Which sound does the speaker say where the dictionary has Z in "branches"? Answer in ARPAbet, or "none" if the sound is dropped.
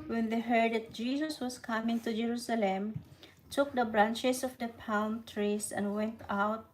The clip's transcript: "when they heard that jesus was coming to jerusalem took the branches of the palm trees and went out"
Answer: S